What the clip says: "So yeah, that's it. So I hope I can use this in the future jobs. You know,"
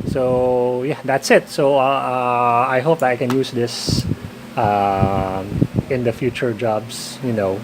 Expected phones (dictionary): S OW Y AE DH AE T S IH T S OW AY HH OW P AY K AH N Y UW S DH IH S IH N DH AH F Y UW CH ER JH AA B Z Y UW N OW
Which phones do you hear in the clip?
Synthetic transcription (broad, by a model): S OW Y AE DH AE T S IH T S OW AY HH OW P AY K AH N Y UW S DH IH S IH N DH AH F Y UW CH ER JH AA B S Y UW N OW